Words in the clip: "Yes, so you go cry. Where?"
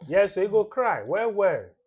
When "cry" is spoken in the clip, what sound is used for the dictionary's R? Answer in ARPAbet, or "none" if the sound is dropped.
R